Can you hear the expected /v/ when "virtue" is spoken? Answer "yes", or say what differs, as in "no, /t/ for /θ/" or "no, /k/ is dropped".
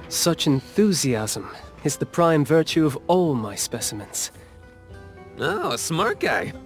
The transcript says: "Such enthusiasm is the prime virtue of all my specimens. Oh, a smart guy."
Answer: yes